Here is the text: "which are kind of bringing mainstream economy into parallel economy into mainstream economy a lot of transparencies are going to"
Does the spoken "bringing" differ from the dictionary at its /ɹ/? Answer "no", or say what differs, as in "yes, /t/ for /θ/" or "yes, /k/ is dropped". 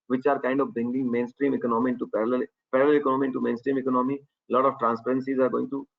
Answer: yes, /ɹ/ is dropped